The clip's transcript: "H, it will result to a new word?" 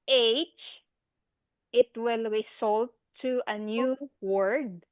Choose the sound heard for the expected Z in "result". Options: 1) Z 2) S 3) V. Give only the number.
2